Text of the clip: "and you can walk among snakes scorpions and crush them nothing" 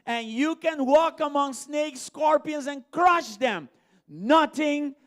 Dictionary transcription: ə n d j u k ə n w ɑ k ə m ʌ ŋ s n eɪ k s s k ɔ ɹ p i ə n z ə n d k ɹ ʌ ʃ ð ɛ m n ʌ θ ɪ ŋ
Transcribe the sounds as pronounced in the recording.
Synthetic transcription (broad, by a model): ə n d j u k ə n w ɑ k ə m ʌ ŋ s n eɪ k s s k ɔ ɹ p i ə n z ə n k ɹ ʌ ʃ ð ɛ m n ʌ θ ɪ ŋ